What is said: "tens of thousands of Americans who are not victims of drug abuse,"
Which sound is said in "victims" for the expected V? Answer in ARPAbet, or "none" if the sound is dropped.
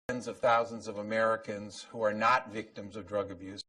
V